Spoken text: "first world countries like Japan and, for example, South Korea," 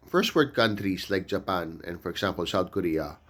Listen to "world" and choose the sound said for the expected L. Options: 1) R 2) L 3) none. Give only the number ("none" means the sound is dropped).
3